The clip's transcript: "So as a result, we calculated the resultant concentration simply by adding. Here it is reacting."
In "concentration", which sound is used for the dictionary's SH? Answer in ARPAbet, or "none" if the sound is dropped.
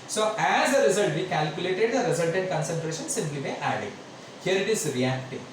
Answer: SH